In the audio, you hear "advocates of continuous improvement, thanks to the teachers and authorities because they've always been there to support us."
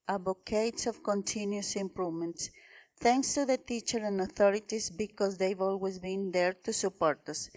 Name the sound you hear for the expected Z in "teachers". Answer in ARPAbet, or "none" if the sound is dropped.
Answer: none